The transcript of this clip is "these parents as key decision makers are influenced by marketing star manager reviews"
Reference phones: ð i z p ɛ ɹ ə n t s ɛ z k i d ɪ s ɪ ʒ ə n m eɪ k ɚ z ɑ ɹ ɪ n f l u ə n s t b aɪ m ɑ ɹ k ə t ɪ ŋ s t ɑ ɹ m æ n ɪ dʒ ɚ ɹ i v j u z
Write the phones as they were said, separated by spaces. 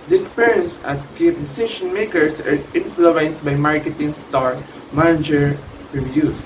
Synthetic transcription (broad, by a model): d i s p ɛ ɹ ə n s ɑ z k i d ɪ s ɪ ʃ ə n m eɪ k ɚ s ɑ ɹ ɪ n f l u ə n s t b aɪ m ɑ ɹ k ə t ɪ ŋ s t ɑ ɹ m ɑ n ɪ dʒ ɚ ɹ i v j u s